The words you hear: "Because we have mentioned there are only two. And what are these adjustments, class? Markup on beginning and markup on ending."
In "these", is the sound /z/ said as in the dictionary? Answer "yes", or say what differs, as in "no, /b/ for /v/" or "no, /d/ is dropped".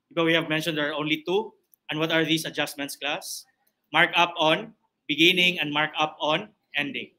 no, /s/ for /z/